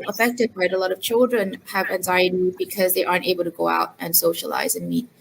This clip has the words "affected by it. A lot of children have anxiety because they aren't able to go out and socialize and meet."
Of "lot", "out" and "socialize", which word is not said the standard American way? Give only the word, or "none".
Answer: none